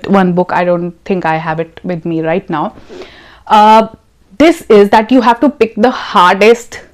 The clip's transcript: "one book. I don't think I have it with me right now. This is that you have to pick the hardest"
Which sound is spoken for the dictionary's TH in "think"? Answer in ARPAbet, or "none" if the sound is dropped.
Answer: T